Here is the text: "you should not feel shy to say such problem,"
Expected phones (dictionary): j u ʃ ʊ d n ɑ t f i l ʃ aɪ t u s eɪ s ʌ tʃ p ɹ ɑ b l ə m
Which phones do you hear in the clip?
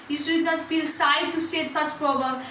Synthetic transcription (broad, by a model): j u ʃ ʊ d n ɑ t f i l s aɪ t u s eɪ s ʌ tʃ p ɹ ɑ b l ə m